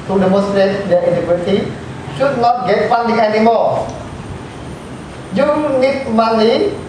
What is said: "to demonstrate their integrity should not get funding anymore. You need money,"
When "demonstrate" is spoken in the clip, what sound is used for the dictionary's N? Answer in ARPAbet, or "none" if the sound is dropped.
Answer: none